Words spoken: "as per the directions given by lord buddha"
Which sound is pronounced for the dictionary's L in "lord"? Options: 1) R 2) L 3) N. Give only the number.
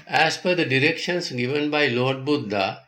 2